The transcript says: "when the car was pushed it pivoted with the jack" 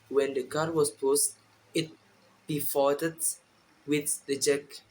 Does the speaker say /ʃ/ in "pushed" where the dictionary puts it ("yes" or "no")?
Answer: no